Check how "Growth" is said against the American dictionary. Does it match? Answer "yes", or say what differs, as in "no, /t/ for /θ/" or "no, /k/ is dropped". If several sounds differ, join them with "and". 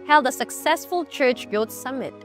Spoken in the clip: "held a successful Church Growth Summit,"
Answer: no, /l/ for /ɹ/ and /s/ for /θ/